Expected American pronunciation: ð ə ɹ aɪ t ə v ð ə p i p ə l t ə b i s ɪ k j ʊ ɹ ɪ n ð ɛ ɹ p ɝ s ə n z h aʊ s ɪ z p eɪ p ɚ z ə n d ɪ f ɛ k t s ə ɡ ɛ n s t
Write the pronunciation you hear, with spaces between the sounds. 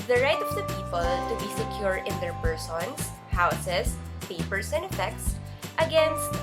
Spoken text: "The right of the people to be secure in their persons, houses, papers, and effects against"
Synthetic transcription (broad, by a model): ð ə ɹ aɪ t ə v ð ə p i p ə l t ə b i s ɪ k j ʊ ɹ ɪ n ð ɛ ɹ p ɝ s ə n s h aʊ s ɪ s p eɪ p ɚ s ə n d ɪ f ɛ k t s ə ɡ ɛ n s t